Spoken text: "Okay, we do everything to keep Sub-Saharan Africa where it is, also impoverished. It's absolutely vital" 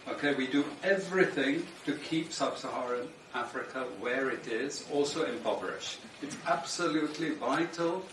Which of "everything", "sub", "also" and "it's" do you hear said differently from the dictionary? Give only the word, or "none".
none